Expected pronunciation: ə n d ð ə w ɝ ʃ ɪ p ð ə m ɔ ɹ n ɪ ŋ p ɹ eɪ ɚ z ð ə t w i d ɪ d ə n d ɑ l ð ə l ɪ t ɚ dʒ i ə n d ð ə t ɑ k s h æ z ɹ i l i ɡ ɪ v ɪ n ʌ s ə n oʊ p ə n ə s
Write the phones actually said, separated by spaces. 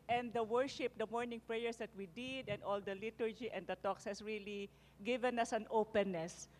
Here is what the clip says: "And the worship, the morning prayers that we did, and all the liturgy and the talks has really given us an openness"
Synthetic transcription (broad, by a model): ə n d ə w ɝ ʃ ɪ p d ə m ɔ ɹ n ɪ ŋ p ɹ eɪ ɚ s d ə t w i d ɪ d ə n d ɑ l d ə l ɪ t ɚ dʒ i ə n d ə t ɑ k s h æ s ɹ i l i ɡ ɪ v ɪ n ʌ s ə n oʊ p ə n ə s